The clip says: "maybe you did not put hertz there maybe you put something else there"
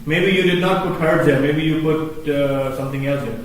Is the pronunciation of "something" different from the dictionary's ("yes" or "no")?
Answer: yes